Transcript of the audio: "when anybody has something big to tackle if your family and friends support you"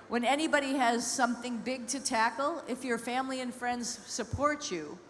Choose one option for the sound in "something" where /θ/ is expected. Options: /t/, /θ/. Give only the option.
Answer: /θ/